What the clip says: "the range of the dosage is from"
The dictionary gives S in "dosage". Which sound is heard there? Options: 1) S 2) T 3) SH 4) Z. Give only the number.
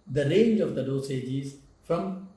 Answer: 1